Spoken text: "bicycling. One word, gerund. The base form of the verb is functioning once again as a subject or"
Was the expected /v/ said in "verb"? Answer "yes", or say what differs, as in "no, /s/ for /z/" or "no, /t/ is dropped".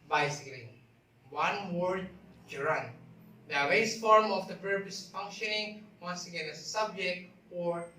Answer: no, /p/ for /v/